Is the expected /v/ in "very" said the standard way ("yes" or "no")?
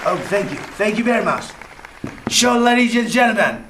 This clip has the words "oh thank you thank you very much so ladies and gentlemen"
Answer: no